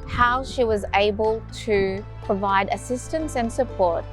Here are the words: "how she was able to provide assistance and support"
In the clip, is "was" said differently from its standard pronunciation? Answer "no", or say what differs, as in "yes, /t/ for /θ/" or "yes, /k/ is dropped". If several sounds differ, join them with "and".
no